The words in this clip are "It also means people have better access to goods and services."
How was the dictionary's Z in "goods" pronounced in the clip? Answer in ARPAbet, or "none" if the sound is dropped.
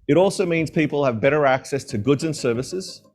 Z